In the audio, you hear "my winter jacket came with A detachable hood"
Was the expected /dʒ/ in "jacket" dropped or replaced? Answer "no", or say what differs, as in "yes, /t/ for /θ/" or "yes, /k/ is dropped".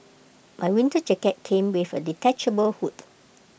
yes, /tʃ/ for /dʒ/